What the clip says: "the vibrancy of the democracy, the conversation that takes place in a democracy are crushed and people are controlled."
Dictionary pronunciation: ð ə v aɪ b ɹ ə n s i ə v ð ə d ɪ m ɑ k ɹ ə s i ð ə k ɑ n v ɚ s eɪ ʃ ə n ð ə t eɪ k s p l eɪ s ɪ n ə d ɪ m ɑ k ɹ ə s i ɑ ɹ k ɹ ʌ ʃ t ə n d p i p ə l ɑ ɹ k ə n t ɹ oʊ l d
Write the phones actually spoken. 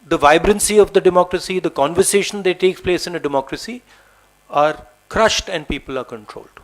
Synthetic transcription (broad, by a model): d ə v aɪ b ɹ ə n s i ə v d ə d ɪ m ɑ k ɹ ə s i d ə k ɑ n v ɚ s eɪ ʃ ə n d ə t eɪ k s p l eɪ s ɪ n ə d ɪ m ɑ k ɹ ə s i ɑ ɹ k ɹ ʌ ʃ t ə n d p i p ə l ɑ ɹ k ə n t ɹ oʊ l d